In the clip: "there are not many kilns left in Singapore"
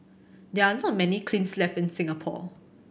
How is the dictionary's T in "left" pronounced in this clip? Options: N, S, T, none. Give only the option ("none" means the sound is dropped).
none